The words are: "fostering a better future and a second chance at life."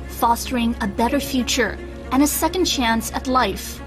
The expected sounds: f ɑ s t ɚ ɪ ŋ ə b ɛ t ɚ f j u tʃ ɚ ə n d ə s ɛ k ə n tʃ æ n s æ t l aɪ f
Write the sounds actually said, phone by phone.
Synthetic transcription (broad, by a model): f ɑ s t ɚ ɪ ŋ ə b ɛ t ɚ f j u tʃ ɚ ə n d ə s ɛ k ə n tʃ æ n s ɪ t l aɪ f